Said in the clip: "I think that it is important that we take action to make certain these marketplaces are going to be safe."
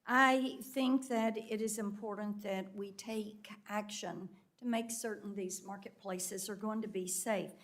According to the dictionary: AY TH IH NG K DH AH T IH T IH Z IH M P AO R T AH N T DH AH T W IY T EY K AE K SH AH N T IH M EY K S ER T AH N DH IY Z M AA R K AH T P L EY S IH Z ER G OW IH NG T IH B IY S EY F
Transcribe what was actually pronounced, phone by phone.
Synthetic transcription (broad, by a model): AY TH IH NG K DH AH T IH T IH Z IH M P AO R T N DH AH T W IY T EY K AE K SH AH N T IH M EY K S ER T N DH IY Z M AA R K AH T P L EY S IH Z ER G OW IH NG T IH B IY S EY F